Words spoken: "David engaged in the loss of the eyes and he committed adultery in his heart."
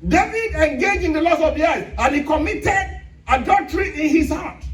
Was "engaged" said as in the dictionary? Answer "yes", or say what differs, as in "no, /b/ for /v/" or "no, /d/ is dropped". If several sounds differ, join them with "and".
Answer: no, /d/ is dropped